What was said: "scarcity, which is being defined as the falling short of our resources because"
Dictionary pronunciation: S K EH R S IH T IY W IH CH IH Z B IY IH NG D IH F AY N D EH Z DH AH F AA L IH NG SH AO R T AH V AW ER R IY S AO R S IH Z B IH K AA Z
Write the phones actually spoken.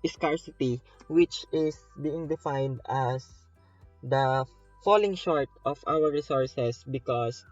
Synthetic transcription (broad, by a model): S K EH R S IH T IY W IH CH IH S B IY IH NG D IH F AY N D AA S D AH F AA L IH NG SH AO R T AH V AW ER R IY S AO R S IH S B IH K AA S